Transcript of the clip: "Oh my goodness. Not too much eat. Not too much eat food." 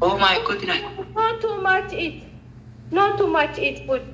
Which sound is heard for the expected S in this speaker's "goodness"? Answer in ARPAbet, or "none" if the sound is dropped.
none